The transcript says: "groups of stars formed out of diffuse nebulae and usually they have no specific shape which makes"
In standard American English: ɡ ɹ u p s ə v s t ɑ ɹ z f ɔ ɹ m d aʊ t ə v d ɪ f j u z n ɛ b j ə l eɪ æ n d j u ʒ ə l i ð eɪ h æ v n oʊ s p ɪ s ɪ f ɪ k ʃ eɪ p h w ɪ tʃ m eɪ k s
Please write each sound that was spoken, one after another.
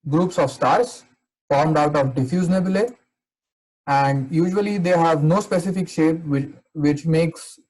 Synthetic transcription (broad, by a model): ɡ ɹ u p s ə v s t ɑ ɹ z f ɔ ɹ m d aʊ t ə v d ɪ f j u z n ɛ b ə l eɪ æ n d j u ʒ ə l i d eɪ h æ v n oʊ s p ɪ s ɪ f ɪ k ʃ eɪ p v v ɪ tʃ m eɪ k s